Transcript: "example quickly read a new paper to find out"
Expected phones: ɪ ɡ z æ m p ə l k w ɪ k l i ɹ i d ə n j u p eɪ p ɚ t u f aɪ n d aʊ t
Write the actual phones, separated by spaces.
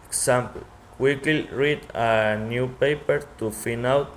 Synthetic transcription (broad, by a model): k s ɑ m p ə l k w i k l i ɹ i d ə n j u p eɪ p ɚ t u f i n aʊ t